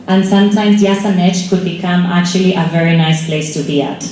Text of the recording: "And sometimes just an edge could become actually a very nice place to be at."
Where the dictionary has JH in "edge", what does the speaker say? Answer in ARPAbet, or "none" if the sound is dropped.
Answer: CH